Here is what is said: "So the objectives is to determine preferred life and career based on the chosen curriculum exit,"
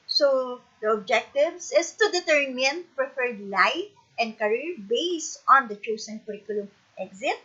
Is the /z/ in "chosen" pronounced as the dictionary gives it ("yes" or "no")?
no